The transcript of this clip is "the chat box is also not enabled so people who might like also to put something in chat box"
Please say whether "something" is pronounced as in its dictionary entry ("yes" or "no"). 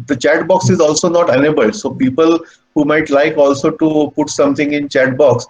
no